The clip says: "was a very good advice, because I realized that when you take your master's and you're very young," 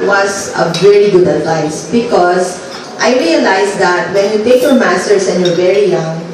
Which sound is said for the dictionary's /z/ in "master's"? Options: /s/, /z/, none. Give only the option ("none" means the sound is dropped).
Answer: /s/